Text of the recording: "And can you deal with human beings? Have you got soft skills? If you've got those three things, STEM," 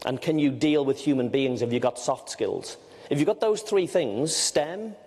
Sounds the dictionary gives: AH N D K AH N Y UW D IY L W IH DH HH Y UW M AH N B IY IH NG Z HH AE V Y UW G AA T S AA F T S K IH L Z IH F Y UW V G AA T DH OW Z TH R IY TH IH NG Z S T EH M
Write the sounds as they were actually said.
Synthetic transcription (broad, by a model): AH N K AH N Y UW D IY L W IH DH HH Y UW M AH N B IY IH NG Z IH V Y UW G AA T S AA F T S K IH L Z IH F Y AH G AA T DH OW Z TH R IY TH IH NG Z S T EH M